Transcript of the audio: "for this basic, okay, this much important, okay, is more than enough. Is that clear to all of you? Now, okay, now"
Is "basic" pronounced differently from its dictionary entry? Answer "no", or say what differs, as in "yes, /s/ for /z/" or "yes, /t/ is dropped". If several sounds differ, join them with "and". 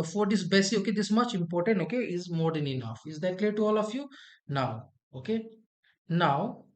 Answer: yes, /k/ is dropped